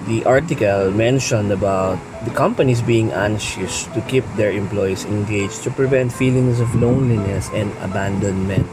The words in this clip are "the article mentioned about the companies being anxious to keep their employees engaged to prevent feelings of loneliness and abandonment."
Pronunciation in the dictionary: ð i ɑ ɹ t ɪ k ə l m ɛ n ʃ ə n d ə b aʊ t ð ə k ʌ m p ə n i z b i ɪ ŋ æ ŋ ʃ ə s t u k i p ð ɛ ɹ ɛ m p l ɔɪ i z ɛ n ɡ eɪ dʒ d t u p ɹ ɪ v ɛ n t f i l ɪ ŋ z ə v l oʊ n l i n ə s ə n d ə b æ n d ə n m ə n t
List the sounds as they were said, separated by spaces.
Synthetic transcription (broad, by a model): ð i ɑ ɹ t ɪ k ə l m ɛ n ʃ ə n d ə b aʊ t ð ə k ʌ m p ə n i s b i ɪ ŋ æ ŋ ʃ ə s t u k i p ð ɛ ɹ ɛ m p l ɔɪ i s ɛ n ɡ eɪ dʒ t u p ɹ ɪ v ɛ n t f i l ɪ ŋ s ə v l oʊ n l i n ə s ə n d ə b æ n d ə n m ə n t